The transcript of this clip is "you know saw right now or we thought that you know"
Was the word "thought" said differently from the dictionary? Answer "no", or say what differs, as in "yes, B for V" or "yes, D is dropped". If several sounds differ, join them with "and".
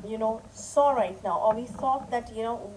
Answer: yes, S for TH